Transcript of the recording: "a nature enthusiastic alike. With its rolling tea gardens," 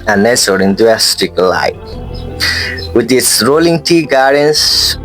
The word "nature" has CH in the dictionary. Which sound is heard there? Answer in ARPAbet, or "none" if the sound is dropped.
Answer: S